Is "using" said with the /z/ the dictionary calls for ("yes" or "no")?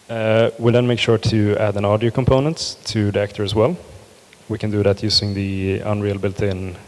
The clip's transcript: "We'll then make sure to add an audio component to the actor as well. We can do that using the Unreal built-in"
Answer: no